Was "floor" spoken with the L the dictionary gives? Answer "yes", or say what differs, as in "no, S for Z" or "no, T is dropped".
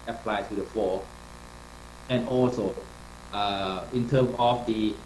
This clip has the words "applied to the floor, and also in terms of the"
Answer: no, L is dropped